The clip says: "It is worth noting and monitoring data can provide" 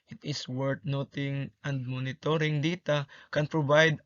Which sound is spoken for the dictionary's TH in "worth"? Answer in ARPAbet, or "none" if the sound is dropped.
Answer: T